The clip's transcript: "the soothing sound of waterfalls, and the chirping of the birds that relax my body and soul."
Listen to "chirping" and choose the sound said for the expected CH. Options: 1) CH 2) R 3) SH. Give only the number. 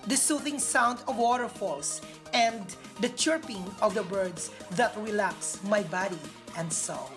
1